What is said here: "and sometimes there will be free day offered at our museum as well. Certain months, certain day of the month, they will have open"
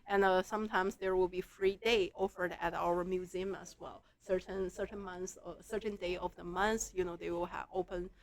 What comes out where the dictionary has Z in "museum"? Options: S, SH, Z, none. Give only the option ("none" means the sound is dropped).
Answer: Z